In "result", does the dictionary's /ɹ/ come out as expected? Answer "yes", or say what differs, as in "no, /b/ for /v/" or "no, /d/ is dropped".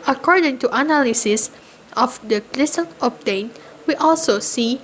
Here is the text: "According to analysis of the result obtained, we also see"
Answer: no, /l/ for /ɹ/